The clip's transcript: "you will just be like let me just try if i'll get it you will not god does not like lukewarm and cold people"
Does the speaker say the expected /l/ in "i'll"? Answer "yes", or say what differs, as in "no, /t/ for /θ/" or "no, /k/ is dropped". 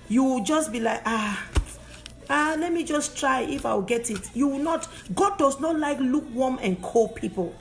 no, /w/ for /l/